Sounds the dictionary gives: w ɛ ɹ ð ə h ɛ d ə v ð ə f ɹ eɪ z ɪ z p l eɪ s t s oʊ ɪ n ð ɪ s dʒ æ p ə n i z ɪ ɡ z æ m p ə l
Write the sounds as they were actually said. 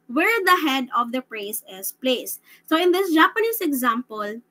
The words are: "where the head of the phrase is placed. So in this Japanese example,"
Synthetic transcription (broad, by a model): w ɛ ɹ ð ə h ɛ d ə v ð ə p ɹ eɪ s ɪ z p l eɪ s s oʊ ɪ n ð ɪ s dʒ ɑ p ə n i s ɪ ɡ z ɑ m p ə l